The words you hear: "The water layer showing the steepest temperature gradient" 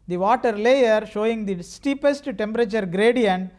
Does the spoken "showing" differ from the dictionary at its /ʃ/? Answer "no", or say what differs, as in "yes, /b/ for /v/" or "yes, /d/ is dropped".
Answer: no